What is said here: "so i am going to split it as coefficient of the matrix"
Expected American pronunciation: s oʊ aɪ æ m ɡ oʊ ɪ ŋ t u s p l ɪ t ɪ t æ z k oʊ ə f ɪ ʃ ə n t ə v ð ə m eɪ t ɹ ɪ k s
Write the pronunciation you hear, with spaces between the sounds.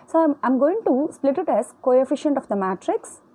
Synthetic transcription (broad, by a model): s oʊ aɪ m ɡ oʊ ɪ ŋ t u s p l ɪ t ɪ t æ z k oʊ ə f ɪ ʃ ə n t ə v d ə m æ t ɹ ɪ k s